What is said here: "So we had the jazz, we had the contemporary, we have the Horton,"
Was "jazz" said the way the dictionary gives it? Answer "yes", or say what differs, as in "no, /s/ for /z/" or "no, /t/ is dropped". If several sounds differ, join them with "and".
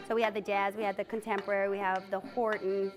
yes